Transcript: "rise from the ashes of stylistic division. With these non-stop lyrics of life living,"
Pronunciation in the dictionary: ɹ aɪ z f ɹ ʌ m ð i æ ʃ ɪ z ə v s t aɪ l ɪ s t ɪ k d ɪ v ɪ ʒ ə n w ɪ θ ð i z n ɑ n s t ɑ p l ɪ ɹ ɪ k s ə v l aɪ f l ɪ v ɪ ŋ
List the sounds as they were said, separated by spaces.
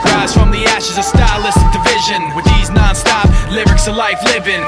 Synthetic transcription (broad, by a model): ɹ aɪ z f ɹ ʌ m ð i æ ʃ ɪ z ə s t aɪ l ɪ s t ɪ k d ɪ v ɪ ʒ ə n w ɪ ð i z n ɑ n s t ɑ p l ɪ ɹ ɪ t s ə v l aɪ f l ɪ v ɪ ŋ